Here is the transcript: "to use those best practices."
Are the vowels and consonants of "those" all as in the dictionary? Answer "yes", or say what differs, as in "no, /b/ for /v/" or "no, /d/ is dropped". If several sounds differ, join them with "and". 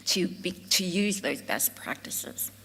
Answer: yes